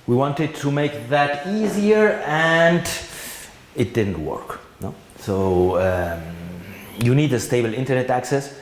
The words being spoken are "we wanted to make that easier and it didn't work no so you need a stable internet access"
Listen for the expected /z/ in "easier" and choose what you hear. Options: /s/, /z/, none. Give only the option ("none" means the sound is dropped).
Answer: /z/